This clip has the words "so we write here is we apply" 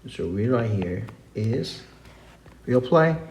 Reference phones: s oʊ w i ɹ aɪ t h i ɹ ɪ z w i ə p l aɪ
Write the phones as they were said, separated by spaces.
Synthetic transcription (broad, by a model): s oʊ w i ɹ aɪ t h i ɹ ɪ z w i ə p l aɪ